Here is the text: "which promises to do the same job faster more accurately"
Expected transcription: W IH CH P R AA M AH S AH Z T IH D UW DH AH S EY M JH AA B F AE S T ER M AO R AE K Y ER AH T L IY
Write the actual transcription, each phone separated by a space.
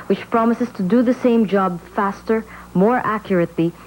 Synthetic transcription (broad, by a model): W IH CH P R AA M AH S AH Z T IH D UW DH AH S EY M JH AA B F AE S T ER M AO R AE K Y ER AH T L IY